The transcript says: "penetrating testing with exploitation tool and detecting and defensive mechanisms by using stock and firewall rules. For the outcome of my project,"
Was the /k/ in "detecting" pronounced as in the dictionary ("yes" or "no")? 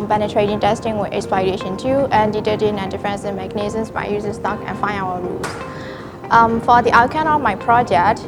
no